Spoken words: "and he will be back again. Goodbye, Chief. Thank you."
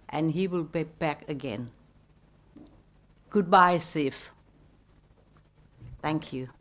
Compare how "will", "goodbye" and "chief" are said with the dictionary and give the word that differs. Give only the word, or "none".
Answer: chief